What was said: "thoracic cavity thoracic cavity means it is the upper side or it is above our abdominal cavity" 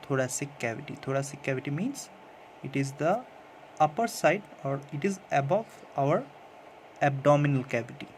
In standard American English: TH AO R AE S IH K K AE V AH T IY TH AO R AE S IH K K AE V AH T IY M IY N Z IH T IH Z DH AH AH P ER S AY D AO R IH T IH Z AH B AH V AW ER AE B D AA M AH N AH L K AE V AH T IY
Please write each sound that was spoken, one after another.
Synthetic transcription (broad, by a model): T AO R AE S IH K K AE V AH T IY T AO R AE S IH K K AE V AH T IY M IY N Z IH T IH Z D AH AH P ER S AY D AO R IH T IH Z AH B AH V AW ER AE B D AA M AH N AH L K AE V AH T IY